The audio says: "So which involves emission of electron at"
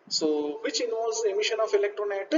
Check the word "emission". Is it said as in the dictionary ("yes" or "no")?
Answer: yes